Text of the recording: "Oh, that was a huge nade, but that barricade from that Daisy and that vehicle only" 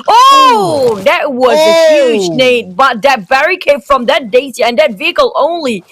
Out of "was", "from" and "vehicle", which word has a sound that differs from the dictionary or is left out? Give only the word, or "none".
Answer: none